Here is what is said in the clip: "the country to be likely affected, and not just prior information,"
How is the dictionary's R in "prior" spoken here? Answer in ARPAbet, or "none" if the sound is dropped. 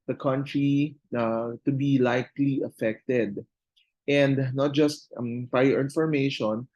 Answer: none